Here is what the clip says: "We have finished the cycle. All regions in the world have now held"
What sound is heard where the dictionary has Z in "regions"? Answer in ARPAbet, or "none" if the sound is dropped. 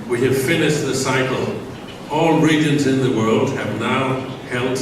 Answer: Z